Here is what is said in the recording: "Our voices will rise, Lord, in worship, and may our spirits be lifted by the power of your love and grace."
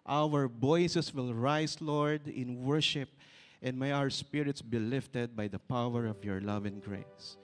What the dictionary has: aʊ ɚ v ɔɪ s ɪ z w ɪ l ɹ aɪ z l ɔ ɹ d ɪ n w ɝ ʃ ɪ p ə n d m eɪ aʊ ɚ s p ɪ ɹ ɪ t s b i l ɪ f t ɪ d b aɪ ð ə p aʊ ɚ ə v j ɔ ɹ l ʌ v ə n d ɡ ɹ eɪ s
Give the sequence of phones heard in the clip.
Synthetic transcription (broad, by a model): aʊ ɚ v ɔɪ s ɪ s w ɪ l ɹ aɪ s l ɔ ɹ d ɪ n w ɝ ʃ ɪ p ə n d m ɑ aʊ ɚ s p ɪ ɹ ɪ t s b i l ɪ f t ɪ d b aɪ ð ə p aʊ ɚ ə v j ɔ ɹ l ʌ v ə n ɡ ɹ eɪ s